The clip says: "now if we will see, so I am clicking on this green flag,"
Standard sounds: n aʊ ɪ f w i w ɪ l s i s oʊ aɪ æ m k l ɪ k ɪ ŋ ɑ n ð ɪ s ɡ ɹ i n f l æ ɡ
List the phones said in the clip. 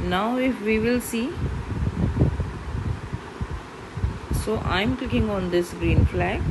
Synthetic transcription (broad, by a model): n aʊ ɪ f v i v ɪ l s i s oʊ aɪ m k l ɪ k ɪ ŋ ɑ n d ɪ s ɡ ɹ i n f l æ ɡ